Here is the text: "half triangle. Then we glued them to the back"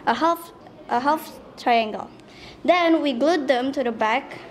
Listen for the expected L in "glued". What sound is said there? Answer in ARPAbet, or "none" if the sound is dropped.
L